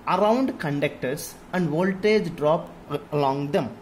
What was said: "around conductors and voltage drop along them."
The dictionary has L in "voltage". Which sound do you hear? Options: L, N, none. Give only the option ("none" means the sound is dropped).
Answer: L